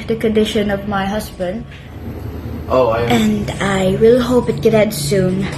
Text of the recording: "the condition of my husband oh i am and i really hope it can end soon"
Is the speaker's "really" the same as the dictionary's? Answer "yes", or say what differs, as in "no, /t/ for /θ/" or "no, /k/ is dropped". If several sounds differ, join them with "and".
no, /w/ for /ɹ/